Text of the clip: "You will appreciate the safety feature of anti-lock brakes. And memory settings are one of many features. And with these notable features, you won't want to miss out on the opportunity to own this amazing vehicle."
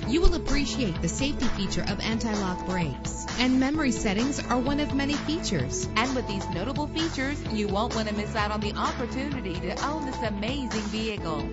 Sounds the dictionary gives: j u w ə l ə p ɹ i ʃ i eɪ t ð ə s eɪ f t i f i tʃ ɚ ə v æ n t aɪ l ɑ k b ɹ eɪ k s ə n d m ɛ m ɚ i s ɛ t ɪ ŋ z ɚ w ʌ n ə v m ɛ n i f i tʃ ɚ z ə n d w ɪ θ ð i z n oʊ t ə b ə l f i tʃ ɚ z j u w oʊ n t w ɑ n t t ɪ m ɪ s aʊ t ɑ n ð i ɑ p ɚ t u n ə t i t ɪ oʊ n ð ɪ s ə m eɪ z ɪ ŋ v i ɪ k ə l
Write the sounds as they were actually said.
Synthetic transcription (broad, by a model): j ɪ w ə l ə p ɹ i ʃ i eɪ t ð ə s eɪ f t i f i tʃ ɚ ə v æ n t aɪ l ɑ k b ɹ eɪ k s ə n m ɛ m ɚ i s ɛ t ɪ ŋ z ɚ w ʌ n ə v m ɛ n i f i tʃ ɚ z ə n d w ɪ ð i z n oʊ t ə b l f i tʃ ɚ z j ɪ w oʊ n t w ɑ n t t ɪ m ɪ s aʊ t n ð i ɑ p ɚ t u n ə t i t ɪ oʊ n ð ɪ s ə m eɪ z ɪ ŋ v i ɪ k l